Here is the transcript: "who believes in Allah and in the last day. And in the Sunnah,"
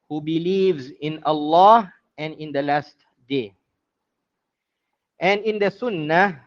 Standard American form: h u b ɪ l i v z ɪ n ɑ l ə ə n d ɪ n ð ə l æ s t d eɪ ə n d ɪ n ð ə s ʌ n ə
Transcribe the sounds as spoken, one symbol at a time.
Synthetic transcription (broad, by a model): h u b ɪ l i v z ɪ n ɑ l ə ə n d ɪ n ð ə l æ s t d eɪ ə n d ɪ n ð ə s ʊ n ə